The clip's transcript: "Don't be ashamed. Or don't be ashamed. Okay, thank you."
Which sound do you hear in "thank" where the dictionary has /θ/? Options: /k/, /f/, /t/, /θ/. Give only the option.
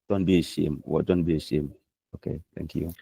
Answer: /t/